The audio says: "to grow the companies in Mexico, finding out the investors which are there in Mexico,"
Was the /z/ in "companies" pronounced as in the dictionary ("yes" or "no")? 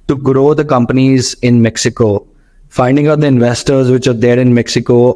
yes